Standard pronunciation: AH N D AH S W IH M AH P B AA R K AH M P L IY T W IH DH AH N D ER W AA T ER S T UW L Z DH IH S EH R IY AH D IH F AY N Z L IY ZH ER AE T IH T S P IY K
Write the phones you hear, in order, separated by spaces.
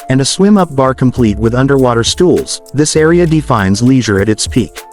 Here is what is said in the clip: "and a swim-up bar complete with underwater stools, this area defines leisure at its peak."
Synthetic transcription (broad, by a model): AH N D AH S W IH M AH P B AA R K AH M P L IY T W IH DH AH N D ER W AA T ER S T UW L Z DH IH S EH R IY AH D IH F AY N Z L IY ZH ER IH T IH T S P IY K